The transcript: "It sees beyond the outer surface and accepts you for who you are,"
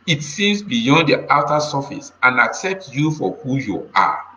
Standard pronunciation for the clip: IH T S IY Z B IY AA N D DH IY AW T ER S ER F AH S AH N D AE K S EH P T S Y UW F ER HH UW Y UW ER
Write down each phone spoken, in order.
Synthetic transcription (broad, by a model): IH T S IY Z B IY AA N D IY AW T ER S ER F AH S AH N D AE K S EH P T S Y UW F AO HH UW Y UW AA